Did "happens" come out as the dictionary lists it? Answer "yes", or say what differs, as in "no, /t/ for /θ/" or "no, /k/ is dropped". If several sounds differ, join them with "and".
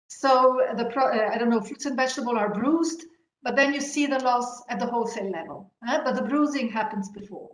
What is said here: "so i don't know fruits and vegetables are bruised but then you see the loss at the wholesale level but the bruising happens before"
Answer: yes